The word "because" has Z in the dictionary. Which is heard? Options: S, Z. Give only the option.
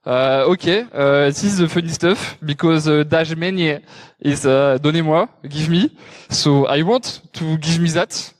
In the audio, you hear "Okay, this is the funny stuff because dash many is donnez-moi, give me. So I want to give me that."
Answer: Z